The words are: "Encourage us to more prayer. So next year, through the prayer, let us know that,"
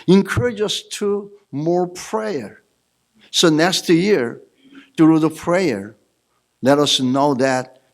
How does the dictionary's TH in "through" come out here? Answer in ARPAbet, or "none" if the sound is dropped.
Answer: T